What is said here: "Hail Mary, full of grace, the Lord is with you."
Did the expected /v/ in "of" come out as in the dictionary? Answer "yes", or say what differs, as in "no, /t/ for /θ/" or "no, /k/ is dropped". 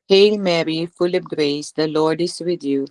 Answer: no, /p/ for /v/